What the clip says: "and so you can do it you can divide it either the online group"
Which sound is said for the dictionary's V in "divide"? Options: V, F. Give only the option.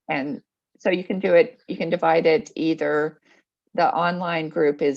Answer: V